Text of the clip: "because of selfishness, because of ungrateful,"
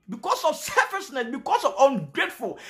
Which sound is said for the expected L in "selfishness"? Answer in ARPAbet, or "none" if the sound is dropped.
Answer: none